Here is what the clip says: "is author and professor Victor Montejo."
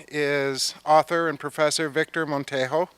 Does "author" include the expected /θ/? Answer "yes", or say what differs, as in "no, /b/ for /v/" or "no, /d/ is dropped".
yes